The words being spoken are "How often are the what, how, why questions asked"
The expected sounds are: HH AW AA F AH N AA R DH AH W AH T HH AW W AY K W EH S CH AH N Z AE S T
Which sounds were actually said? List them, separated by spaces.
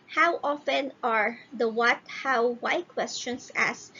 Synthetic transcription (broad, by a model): HH AW AA F AH N AA R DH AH W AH T HH AW W AY K W EH S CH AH N S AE S